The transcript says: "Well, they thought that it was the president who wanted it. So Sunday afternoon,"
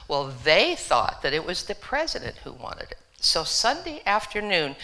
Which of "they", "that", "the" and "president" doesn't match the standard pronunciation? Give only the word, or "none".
none